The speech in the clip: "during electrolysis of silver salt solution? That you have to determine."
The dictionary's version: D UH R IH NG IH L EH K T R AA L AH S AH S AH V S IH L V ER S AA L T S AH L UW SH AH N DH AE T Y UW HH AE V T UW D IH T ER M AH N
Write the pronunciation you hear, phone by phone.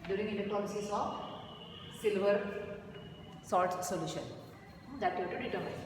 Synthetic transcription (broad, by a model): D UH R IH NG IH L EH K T AA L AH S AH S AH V S IH L V ER S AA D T S AH L UW SH AH N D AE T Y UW T UW D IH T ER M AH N